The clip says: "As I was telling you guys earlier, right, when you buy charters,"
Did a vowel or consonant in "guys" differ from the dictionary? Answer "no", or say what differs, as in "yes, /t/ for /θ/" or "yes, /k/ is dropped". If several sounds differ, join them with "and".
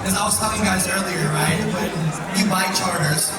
no